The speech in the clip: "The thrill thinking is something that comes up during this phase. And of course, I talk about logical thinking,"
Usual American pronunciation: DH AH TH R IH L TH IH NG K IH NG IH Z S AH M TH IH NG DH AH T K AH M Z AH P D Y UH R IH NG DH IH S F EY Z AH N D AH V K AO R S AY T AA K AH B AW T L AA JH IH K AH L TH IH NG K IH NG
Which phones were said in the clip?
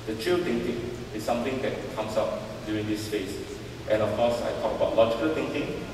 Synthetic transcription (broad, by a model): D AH T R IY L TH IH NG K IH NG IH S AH M T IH NG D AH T K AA M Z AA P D Y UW R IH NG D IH S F EY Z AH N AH F K AO S AY T AA K AH B AW T L AA JH IH K AH L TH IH NG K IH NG